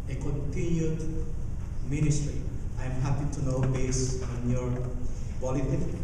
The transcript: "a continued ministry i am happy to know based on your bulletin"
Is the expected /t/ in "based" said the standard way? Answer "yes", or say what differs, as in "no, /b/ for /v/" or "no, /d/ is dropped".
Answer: no, /t/ is dropped